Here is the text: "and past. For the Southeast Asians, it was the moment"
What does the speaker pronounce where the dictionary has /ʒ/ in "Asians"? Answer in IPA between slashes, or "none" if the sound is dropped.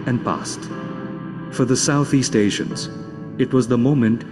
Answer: /ʃ/